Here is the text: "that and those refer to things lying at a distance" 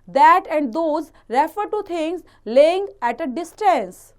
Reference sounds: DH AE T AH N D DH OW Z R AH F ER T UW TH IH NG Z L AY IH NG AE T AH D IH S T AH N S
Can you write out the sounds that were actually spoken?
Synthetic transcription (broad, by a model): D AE T AH N D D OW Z R AH F ER T UW T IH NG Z L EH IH NG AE T AH D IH S T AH N S